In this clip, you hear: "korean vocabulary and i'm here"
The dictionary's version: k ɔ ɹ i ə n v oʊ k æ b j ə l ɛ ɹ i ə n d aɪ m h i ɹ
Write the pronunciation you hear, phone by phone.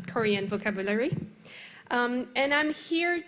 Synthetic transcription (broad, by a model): k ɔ ɹ i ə n v oʊ k æ b j ə l ɛ ɹ i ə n aɪ m h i ɹ